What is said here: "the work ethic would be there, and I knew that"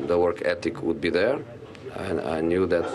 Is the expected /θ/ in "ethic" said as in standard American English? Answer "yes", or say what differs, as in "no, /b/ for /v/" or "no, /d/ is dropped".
no, /t/ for /θ/